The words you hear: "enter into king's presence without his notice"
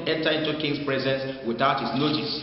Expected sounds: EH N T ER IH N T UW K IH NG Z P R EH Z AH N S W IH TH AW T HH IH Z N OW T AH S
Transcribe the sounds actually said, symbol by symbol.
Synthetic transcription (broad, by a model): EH N T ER IH N T UW K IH NG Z P R EH Z AH N S W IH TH AW T HH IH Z N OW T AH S